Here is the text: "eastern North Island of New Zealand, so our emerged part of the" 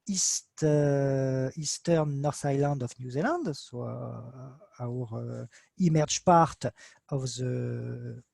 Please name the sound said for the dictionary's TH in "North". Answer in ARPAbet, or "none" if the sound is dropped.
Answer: S